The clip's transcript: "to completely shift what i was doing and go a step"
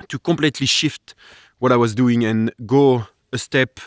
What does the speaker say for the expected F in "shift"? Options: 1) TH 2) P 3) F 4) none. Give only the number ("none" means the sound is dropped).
3